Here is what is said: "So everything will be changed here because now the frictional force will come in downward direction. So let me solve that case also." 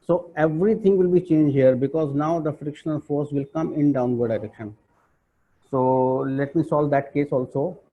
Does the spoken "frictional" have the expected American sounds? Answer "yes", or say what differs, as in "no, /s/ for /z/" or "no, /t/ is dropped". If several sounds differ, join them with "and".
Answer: no, /n/ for /l/